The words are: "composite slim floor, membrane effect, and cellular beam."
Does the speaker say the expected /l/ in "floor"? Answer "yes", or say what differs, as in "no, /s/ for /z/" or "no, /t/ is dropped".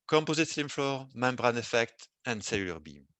yes